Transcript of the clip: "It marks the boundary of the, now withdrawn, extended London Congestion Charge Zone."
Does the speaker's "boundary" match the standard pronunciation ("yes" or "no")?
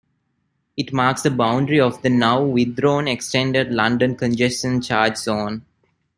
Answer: yes